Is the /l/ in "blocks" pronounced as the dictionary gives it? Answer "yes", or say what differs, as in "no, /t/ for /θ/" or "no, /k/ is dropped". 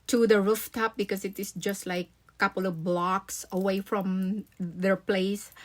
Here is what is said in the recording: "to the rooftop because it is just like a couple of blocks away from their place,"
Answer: yes